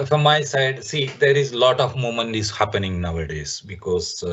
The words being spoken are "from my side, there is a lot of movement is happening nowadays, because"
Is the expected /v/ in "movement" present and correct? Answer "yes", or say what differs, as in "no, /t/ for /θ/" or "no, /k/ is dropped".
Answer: no, /v/ is dropped